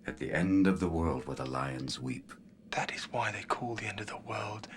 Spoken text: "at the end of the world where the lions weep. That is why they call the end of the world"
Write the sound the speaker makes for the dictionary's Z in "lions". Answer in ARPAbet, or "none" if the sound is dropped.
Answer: Z